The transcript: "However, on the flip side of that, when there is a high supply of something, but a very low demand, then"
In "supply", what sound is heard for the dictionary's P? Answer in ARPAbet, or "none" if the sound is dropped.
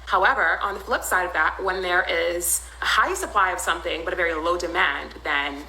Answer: P